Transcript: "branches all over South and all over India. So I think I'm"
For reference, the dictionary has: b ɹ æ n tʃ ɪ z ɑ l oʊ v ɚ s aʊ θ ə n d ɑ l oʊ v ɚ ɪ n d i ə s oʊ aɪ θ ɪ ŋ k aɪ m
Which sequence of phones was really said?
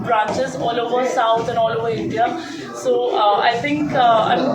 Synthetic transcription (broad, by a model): b ɹ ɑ n tʃ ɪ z ɑ l oʊ v ɚ s aʊ t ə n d ɑ l oʊ v ɚ ɪ n d i ə s oʊ aɪ t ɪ ŋ k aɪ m